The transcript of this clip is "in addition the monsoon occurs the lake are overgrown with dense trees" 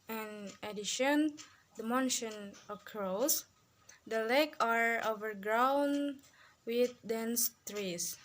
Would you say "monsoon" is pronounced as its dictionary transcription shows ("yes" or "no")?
no